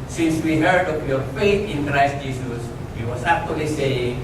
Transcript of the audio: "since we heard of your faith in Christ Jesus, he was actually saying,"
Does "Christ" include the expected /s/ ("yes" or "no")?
yes